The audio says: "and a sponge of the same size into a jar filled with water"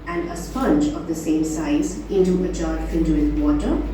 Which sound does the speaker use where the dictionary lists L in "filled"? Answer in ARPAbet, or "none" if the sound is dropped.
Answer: N